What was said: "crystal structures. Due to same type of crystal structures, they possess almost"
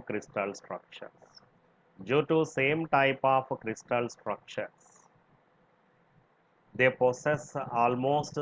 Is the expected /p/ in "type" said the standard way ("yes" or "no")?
yes